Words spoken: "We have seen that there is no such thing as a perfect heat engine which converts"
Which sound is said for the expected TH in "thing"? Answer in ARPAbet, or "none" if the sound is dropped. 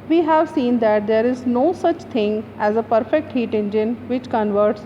T